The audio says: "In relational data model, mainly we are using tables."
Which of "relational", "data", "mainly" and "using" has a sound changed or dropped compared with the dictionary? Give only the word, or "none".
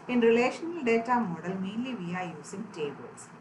using